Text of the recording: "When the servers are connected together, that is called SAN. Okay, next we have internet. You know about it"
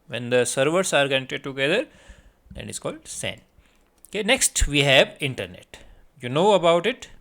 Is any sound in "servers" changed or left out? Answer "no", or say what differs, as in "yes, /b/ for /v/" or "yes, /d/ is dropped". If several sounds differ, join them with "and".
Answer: yes, /s/ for /z/